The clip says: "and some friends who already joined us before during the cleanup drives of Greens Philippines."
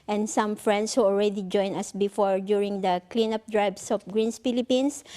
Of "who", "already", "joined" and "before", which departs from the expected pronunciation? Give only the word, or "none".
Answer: joined